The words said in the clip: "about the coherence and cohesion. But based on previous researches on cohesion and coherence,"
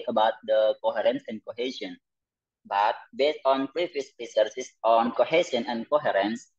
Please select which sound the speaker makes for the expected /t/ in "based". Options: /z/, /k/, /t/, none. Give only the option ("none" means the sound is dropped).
/t/